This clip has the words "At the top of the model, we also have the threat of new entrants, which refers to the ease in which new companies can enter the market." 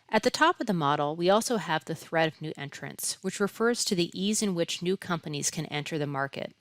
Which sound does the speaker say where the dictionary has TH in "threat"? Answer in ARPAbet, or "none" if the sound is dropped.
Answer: TH